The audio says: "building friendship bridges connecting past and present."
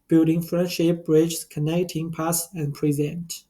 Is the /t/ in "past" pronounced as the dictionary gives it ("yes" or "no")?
no